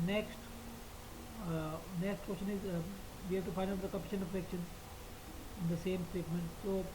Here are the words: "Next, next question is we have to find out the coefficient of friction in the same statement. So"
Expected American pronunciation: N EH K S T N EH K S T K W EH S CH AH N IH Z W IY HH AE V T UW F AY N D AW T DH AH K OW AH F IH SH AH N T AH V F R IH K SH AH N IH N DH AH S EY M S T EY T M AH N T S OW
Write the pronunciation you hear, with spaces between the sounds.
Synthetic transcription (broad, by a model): N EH K S T N EH K S T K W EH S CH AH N IH Z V IY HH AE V T UW F AY N D AW T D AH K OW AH P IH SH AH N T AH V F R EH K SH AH N IH N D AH S EY M S T EY T M AH N T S OW